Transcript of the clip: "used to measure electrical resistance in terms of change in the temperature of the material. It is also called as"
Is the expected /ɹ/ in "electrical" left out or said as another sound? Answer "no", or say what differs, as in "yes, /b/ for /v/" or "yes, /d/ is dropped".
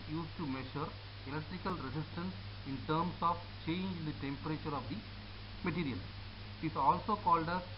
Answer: no